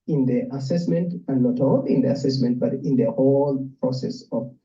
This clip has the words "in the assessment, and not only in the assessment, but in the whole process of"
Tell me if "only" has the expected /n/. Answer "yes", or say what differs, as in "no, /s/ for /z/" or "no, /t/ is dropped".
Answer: no, /n/ is dropped